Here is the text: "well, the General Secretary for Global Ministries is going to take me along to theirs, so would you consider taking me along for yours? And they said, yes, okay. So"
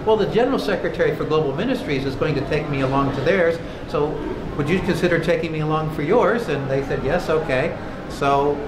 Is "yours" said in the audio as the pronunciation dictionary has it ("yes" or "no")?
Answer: yes